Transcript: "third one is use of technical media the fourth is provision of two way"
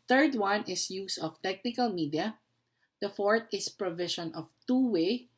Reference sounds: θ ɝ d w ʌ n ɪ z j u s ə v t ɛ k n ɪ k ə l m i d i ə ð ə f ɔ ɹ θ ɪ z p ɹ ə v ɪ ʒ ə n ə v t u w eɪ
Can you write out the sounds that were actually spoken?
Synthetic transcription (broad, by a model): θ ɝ d w ʌ n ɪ s j u s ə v t ɛ k n ɪ k ə l m i d i ə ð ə f ɔ ɹ t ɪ s p ɹ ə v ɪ ʃ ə n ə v t u w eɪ